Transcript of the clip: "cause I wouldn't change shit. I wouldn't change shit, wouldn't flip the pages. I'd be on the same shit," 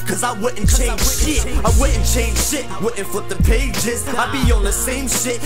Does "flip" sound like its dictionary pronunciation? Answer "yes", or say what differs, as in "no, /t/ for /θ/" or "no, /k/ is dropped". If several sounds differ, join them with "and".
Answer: no, /l/ is dropped